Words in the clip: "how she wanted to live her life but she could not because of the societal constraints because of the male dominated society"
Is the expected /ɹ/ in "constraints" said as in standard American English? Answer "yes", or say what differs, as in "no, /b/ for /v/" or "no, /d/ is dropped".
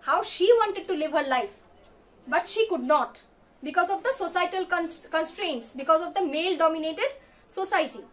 yes